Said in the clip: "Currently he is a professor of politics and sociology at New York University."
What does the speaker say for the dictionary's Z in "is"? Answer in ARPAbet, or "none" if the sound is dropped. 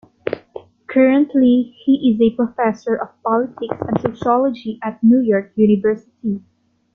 Z